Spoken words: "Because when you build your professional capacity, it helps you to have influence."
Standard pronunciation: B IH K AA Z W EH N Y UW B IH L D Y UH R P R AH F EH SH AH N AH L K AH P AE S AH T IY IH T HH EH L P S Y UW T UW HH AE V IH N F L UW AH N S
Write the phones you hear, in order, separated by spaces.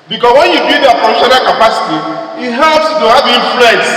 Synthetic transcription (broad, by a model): B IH K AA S W EH N Y UW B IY D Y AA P AH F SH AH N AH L K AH P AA S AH T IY IH T HH EH L P S T UW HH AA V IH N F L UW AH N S